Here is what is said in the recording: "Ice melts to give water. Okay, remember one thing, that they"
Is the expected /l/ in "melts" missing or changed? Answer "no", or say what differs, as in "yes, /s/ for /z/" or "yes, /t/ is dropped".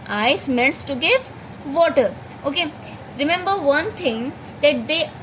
yes, /n/ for /l/